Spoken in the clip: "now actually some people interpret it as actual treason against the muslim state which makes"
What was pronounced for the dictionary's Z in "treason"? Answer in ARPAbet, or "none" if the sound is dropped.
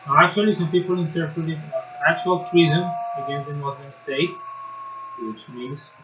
Z